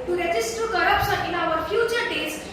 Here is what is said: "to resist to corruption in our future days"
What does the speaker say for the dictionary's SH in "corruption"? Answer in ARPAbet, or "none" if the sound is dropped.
S